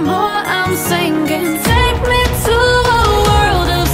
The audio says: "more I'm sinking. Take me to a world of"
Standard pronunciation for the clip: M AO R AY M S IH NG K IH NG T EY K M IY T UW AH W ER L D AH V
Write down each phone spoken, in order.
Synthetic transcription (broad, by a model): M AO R AY M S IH NG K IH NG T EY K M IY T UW AH W ER L D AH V